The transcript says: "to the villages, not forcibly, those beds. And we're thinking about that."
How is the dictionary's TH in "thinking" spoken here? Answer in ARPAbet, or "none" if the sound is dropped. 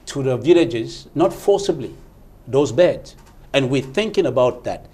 TH